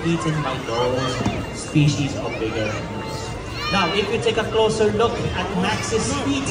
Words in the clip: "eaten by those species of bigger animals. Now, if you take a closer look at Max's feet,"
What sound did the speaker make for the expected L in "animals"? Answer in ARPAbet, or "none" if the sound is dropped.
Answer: none